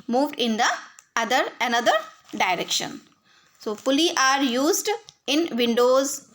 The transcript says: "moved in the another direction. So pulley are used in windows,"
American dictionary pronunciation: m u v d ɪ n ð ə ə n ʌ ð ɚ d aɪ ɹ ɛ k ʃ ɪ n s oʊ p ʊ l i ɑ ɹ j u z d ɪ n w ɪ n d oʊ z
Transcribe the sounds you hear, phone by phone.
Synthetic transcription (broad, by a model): m u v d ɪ n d ə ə n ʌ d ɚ d aɪ ɹ ɛ k ʃ ɪ n s oʊ f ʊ l i ɑ ɹ j u z d ɪ n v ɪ n d oʊ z